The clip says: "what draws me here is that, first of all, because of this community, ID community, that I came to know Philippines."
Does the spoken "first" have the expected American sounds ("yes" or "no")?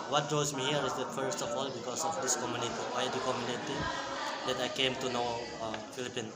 yes